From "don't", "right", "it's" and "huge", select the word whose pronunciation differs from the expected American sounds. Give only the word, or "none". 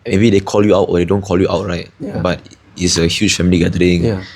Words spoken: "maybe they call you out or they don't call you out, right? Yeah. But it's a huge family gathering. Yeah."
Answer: huge